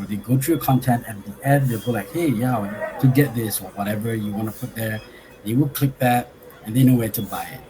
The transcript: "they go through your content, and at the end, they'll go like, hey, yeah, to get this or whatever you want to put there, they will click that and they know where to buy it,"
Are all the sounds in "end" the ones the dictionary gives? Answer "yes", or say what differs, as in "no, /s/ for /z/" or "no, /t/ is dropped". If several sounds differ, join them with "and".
no, /n/ is dropped